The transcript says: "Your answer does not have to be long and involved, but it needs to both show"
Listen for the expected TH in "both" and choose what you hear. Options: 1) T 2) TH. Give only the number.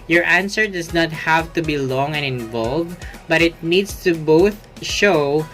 2